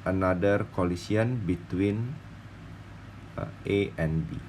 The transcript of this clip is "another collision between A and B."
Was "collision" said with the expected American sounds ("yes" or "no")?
no